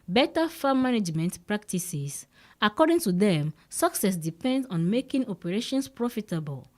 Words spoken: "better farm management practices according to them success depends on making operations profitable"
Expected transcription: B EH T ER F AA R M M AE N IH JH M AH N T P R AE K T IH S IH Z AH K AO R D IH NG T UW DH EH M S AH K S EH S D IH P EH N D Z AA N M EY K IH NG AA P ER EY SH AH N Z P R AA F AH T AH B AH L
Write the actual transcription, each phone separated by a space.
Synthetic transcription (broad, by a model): B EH T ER F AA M M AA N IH JH M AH N T P R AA K T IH S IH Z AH K AO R D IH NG T UW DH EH M S AH K S EH S D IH P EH N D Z AA N M EY K IH NG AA P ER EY SH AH N S P R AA F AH T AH B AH L